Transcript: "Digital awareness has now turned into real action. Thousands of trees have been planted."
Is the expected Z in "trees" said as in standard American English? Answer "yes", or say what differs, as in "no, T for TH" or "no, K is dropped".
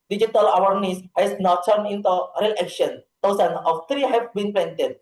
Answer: no, Z is dropped